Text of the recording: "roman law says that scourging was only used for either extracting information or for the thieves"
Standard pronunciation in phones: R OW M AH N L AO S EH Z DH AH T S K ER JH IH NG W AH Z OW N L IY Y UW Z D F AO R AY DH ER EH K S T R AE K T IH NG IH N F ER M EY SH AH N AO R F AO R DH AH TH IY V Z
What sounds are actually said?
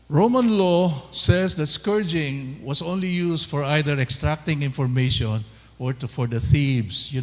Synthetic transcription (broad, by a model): R OW M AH N L AO S EH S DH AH T S K ER JH IH NG W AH S OW N L IY Y UW S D F AO R AY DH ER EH K S T R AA K T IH NG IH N F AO M EY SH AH N AO R F AO R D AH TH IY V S